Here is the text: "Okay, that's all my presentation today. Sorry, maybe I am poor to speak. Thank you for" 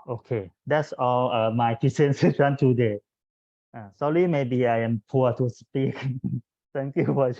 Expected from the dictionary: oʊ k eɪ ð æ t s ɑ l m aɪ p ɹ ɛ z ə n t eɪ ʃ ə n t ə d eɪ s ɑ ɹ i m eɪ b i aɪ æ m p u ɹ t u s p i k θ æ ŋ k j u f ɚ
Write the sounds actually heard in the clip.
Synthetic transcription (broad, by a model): oʊ k eɪ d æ t s ɑ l m aɪ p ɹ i s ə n s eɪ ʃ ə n t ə d eɪ s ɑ l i m eɪ b i aɪ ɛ m p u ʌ t u s p i k t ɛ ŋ k j u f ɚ